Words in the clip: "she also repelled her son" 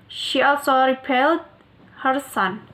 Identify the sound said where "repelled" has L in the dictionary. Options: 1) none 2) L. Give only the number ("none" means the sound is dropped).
2